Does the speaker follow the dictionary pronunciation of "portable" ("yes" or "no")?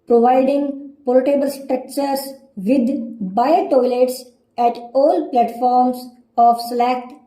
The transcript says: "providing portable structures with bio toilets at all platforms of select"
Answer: no